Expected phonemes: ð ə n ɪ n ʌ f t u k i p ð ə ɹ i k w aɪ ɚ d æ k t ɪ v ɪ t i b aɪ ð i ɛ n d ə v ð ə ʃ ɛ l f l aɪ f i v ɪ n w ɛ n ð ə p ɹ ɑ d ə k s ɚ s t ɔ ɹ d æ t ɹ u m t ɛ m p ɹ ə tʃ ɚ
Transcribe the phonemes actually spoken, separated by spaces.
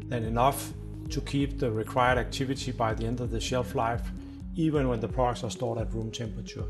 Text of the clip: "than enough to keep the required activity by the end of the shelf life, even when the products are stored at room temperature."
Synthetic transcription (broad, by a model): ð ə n ɪ n ʌ f t u k i p ð ə ɹ i k w aɪ ɚ d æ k t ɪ v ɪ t i b aɪ ð i ɛ n d ə v ð ə ʃ ɛ l f l aɪ f i v ɪ n w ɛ n ð ə p ɑ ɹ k s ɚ s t ɔ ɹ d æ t ɹ u m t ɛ m p ɹ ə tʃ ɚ